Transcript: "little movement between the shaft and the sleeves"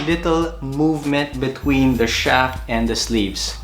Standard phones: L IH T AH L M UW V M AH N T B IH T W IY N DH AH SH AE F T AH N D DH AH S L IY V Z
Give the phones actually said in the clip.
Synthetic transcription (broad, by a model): L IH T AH L M UW V M AH N T B IH T W IY N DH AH SH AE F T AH N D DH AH S L IY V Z